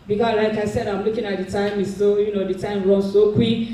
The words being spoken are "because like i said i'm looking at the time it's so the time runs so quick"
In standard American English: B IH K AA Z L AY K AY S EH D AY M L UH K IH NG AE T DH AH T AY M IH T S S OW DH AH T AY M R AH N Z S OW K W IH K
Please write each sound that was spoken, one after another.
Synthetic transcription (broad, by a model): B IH K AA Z L AY K AY S EH D AY M L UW K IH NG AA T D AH T AY M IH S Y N OW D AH T AY M R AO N S OW K W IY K